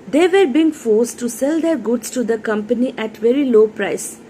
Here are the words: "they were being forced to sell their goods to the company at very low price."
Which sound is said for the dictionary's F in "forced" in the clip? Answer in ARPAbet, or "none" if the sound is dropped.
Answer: F